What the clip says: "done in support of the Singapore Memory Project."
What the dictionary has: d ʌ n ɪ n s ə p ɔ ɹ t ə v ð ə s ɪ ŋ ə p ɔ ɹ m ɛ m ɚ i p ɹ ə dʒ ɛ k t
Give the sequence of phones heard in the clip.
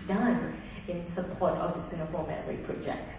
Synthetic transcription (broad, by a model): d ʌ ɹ ɪ n s ə p ɔ ɹ t ə v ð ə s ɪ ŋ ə f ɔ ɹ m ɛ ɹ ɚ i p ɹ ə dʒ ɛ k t